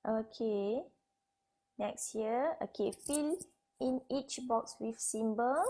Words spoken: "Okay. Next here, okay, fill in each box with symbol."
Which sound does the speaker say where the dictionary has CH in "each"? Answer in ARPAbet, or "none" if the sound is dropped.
CH